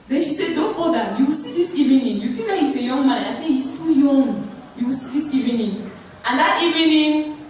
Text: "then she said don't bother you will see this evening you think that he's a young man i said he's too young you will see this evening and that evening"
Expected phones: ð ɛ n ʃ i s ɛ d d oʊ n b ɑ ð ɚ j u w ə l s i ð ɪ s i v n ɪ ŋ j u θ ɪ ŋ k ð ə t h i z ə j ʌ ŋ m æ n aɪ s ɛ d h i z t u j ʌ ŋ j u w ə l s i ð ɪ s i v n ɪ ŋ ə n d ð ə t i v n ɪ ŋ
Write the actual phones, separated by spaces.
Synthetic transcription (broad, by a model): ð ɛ n ʃ i s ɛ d d oʊ n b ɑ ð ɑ j u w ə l s i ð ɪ s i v n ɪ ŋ j u t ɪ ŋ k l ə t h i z ə j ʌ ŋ m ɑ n aɪ s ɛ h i s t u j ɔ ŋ j u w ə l s i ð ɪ s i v n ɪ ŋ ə n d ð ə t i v n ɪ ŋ